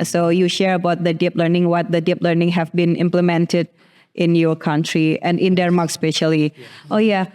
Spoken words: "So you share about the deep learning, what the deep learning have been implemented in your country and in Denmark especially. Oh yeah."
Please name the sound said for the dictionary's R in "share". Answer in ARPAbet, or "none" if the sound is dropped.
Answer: R